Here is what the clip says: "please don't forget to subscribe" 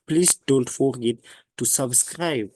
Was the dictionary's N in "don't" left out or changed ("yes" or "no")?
yes